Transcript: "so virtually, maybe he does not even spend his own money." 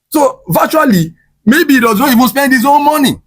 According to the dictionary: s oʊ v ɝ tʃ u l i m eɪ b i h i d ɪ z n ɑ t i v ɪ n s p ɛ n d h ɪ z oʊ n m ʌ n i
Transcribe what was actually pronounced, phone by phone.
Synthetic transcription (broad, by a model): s oʊ v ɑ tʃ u l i m eɪ b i i d ɪ z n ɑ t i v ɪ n s p ɛ n d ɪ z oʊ l m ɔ n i